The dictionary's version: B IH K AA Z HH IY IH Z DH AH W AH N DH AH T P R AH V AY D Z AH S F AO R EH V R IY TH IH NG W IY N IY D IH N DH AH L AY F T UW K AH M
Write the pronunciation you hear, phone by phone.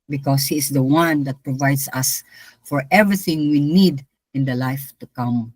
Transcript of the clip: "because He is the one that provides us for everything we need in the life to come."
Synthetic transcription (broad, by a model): B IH K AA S HH IY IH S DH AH W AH N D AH T P R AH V AY D S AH S F AO R EH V R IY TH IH NG W IY N IY D IH N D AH L AY F T UW K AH M